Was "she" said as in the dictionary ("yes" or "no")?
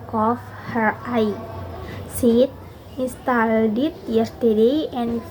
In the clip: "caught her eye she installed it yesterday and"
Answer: no